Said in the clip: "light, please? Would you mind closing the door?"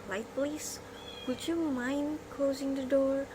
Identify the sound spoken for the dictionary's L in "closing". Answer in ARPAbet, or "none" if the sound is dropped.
L